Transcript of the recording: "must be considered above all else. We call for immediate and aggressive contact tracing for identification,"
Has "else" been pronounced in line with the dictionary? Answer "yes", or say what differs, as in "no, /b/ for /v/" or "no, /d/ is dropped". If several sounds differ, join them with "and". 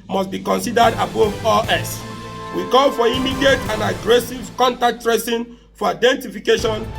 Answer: no, /l/ is dropped